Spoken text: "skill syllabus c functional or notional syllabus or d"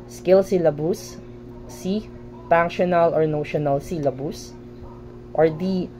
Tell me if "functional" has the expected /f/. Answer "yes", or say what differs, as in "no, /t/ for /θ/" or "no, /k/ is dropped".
no, /p/ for /f/